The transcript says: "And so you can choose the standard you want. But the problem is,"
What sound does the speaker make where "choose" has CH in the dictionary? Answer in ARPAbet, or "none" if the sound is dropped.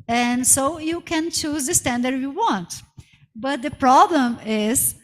CH